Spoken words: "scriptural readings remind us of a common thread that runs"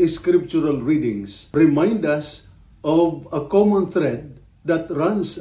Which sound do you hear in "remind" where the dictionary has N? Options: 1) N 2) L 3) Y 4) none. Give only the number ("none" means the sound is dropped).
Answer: 1